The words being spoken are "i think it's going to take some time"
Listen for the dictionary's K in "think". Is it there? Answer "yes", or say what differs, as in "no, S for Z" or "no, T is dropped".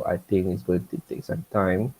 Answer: no, K is dropped